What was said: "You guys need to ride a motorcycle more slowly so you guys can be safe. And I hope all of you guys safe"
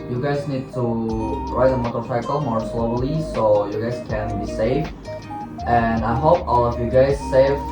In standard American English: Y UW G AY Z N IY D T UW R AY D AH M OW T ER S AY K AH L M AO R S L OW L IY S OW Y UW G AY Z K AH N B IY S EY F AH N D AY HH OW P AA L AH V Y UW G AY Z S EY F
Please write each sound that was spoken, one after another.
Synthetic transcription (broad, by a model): Y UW G AY Z N IY D T UW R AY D AH M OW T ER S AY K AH L M AO R S L OW L IY S OW Y UW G AY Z K AH N B IY S EY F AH N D AY HH OW P AA L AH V Y UW G AY Z S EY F